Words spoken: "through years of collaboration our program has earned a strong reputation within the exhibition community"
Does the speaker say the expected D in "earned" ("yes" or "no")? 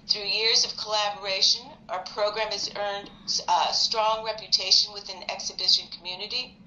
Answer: yes